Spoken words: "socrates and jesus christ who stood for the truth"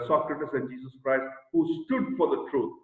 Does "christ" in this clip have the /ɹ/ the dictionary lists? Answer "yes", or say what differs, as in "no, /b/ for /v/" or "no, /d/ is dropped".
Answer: yes